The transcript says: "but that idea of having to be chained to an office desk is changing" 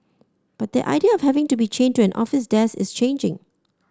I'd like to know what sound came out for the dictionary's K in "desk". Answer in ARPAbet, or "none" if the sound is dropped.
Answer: none